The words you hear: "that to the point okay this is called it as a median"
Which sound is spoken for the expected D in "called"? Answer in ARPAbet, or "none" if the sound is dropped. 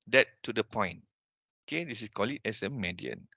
none